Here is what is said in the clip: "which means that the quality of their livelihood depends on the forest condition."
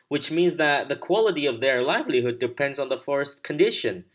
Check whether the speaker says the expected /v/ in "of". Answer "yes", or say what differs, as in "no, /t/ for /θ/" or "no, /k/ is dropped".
yes